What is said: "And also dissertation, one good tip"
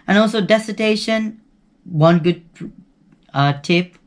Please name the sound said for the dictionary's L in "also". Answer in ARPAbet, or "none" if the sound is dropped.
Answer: L